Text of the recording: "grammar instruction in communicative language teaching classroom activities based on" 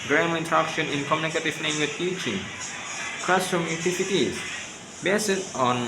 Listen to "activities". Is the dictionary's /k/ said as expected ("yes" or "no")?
no